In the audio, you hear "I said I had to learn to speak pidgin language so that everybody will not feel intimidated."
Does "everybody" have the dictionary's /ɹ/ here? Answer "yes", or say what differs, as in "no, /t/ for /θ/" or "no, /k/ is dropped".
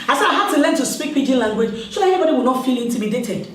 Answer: no, /ɹ/ is dropped